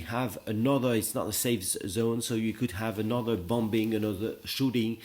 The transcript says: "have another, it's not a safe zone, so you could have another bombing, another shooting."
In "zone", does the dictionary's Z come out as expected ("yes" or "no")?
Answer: yes